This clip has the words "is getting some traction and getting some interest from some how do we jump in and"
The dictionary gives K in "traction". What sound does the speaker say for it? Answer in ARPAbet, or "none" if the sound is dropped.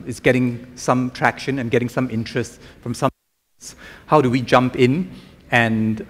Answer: K